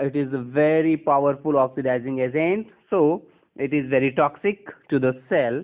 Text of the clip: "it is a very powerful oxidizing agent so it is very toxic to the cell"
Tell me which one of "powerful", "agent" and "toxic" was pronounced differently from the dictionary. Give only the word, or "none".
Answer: agent